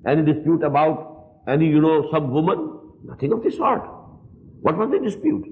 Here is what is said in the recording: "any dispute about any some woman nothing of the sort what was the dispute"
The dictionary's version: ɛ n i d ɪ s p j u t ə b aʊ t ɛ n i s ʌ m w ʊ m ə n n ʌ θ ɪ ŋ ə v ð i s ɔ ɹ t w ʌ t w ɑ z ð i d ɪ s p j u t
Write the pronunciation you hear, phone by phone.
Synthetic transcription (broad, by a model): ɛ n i d ɪ s p j u t ə b aʊ t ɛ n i s ʌ m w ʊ m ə n n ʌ t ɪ ŋ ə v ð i s ɔ ɹ t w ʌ t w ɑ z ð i d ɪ s p j u t